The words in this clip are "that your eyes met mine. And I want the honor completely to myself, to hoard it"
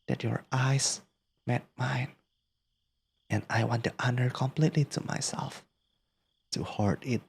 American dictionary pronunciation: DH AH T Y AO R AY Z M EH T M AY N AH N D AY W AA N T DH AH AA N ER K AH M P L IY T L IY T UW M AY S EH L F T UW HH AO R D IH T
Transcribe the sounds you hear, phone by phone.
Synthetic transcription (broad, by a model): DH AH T Y AO R AY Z M EH T M AY N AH N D AY W AA N T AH AA N ER K AH M P L IY T L IY T UW M AY S EH L F T UW HH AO R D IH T